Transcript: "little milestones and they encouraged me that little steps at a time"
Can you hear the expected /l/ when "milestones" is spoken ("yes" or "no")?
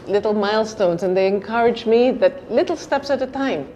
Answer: yes